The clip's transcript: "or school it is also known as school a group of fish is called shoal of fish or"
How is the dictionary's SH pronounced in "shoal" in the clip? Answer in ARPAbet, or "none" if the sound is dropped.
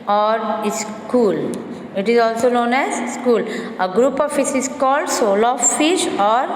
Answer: S